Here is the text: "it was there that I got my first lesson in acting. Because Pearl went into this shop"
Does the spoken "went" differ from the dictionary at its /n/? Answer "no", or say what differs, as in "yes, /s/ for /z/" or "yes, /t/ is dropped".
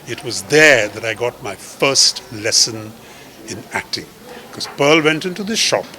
no